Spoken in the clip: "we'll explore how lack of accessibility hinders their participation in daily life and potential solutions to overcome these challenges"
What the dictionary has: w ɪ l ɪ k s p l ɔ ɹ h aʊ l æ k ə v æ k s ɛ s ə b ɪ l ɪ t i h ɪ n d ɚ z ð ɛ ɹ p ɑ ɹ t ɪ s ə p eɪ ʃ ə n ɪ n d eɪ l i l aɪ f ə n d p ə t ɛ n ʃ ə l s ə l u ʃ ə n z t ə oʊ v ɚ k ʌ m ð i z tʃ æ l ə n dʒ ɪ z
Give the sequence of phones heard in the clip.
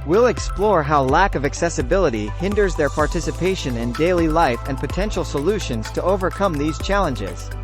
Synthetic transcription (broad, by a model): w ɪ l ɪ k s p l ɔ ɹ h aʊ l æ k ə v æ k s ɛ s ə b ɪ l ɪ t i h ɪ n d ɚ z ð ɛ ɹ p ɑ ɹ t ɪ s ə p eɪ ʃ ə n ɪ n d eɪ l i l aɪ f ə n p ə t ɛ n ʃ l s ə l u ʃ ə n z t ə oʊ v ɚ k ʌ m ð i z tʃ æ l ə n dʒ ɪ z